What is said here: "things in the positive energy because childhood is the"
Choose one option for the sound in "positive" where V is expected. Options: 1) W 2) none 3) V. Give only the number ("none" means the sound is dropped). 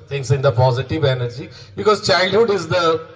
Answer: 3